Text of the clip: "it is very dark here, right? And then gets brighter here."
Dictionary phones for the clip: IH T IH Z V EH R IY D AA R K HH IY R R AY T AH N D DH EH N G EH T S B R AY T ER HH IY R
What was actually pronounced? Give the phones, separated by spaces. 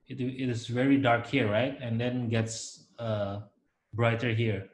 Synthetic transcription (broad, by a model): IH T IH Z V EH R IY D AA R K HH IY R R AY T AH N D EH N G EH T S B R AY T ER HH IY R